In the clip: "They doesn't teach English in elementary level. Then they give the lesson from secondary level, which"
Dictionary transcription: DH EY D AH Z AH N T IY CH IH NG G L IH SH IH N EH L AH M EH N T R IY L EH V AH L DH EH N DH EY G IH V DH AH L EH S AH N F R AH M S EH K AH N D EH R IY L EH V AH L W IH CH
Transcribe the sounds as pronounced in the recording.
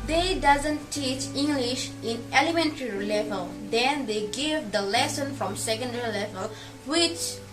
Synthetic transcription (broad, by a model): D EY D AH Z AH N T IY CH IH NG G L IH SH IH N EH L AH M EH N T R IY L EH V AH L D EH N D EY G IH V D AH L EH S AH N F R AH M S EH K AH N D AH R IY L EH V AH L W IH CH